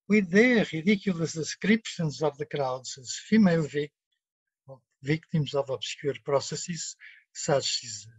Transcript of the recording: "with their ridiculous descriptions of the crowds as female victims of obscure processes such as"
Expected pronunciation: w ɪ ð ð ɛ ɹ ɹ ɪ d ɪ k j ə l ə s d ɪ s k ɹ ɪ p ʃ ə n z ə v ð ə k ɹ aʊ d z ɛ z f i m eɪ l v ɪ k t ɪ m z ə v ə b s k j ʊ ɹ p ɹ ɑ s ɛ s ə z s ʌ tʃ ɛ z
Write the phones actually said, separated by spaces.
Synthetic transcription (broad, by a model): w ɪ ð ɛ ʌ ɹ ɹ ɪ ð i k j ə l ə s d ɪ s k ɹ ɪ p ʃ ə n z ə v ð ə k ɹ aʊ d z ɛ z f i m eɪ l v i k t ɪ m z ə v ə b s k j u ɹ p ɹ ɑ s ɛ s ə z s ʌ s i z